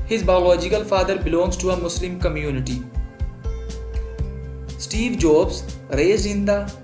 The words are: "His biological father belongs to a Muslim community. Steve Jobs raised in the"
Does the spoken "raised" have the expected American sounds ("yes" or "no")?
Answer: no